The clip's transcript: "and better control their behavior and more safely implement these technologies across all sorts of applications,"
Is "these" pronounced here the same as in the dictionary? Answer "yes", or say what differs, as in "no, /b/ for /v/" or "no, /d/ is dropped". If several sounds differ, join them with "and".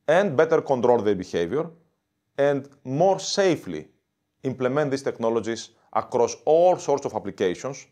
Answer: no, /s/ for /z/